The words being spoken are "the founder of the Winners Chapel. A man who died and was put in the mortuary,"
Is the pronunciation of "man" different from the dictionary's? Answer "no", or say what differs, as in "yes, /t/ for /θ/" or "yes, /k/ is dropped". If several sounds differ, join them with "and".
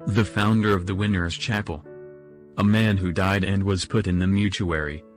no